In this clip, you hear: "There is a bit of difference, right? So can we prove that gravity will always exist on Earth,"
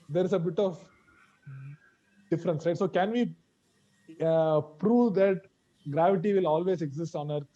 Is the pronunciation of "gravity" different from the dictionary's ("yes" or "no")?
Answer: no